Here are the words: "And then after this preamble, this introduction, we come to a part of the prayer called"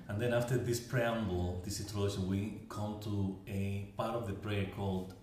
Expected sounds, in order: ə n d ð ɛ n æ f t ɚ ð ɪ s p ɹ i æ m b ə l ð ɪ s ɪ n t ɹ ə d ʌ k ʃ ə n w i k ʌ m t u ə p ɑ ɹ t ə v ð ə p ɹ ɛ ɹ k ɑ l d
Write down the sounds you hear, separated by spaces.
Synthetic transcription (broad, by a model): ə n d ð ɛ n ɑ f t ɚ ð ɪ s p ɹ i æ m b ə l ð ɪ s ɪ t ə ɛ ʃ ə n w i k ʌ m t u ə p ɑ ɹ t ə v ð ə p ɹ ɛ ɹ k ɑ l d